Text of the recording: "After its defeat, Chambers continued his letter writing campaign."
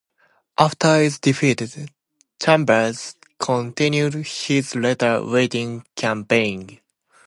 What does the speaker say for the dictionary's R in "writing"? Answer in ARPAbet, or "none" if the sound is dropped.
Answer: W